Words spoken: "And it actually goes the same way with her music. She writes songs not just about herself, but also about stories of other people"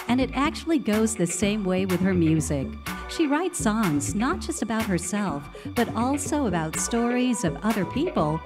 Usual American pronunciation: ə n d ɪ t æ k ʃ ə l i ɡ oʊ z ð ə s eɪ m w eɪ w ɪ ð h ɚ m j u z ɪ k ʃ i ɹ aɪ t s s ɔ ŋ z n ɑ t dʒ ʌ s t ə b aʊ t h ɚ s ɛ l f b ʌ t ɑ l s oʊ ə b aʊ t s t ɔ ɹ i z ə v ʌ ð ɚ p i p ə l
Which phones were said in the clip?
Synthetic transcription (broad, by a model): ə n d ɪ t æ k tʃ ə l i ɡ oʊ z ð ə s eɪ m w eɪ w ɪ ð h ɚ m j u z ɪ k ʃ i ɹ aɪ t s s ɔ ŋ z n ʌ t dʒ ʌ s t ə b aʊ t h ɚ s ɛ l f b ʌ t ɑ l s oʊ ə b aʊ t s t ɔ ɹ i z ə v ʌ ð ɚ p i p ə l